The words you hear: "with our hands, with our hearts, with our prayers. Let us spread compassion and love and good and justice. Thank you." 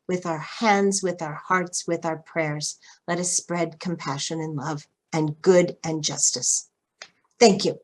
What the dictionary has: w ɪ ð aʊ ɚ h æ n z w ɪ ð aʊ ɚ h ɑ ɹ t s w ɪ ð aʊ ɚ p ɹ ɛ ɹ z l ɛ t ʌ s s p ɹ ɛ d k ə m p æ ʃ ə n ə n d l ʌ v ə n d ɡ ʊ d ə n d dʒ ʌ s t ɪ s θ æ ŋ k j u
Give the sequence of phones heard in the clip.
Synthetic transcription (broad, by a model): w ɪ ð aʊ ɚ h æ n z w ɪ ð aʊ ɚ h ɑ ɹ t s w ɪ ð aʊ ɚ p ɹ ɛ ɹ z l ɛ t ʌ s s p ɹ ɛ d k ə m p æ ʃ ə n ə n l ʌ v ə n ɡ ʊ d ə n dʒ ʌ s t ɪ s θ æ ŋ k j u